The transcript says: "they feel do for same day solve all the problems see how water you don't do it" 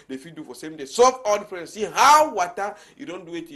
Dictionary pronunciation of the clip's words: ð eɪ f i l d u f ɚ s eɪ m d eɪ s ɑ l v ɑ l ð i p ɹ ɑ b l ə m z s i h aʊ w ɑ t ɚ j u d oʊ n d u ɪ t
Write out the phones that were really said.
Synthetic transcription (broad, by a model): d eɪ f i d u f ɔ s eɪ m d eɪ s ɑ v ɑ l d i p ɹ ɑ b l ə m s i h aʊ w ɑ t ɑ j u d oʊ n d u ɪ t